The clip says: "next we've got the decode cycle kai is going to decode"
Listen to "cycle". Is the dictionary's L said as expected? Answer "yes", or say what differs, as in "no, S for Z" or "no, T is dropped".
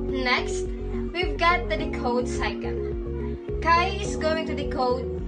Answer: no, N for L